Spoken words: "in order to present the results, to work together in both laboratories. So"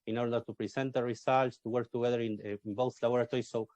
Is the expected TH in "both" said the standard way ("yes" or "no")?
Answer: no